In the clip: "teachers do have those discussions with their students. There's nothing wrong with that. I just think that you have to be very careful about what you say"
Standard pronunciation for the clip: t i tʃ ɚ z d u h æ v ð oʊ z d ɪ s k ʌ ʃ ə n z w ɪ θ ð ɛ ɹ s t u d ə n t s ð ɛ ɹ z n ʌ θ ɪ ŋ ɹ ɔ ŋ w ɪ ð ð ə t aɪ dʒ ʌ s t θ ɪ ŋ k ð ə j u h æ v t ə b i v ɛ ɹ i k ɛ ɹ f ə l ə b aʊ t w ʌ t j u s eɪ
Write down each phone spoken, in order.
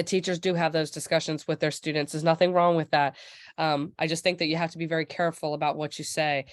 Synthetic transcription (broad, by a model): t i tʃ ɚ z d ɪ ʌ v ð oʊ z d ɪ s k ʌ ʃ ə n z w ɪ ð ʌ ɹ s t u d n t s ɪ z n ʌ θ ɪ ŋ ɹ ɔ ŋ w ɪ ð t ə t aɪ dʒ ʌ s t θ ɪ ŋ k ð ə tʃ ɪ h æ f t ə b i v ɛ ɹ i k ɛ ɹ f l ə b aʊ t w ʌ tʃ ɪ s eɪ